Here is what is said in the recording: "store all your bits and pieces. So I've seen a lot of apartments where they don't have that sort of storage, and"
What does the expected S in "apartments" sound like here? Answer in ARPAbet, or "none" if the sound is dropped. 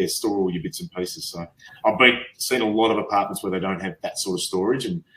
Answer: S